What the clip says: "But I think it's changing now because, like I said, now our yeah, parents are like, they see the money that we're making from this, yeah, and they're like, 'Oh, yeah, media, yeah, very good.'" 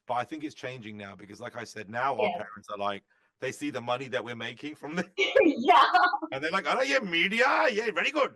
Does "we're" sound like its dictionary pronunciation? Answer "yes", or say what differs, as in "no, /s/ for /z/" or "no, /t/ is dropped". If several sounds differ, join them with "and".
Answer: yes